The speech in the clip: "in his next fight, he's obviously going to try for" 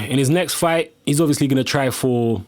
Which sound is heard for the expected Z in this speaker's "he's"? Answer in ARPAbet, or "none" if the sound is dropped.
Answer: Z